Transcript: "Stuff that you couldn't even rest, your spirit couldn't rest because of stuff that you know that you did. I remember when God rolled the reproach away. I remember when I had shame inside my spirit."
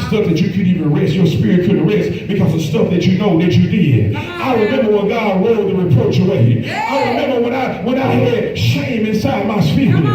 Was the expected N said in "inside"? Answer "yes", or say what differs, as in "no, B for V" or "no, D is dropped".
yes